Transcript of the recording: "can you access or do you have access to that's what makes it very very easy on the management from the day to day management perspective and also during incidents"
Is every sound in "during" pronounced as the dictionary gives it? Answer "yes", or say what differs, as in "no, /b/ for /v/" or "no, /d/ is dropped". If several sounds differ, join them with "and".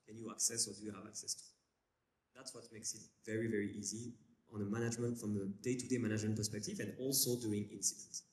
no, /ɹ/ is dropped